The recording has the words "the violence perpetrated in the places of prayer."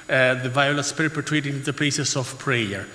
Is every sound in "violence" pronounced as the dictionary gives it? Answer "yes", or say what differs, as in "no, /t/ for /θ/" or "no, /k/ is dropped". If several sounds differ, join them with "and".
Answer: no, /n/ is dropped